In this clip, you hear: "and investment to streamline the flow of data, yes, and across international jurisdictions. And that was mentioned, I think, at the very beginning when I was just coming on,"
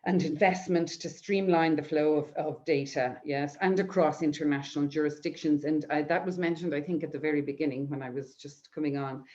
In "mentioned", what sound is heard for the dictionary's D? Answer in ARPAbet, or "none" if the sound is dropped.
D